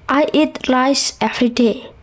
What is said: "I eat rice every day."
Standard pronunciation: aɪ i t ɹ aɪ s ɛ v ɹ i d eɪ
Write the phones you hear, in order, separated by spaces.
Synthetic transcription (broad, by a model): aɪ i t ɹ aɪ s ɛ f ɹ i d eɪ